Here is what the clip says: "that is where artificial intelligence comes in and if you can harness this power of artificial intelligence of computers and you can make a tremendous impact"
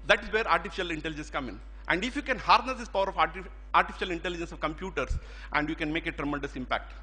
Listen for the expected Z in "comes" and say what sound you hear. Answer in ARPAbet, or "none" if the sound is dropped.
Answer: none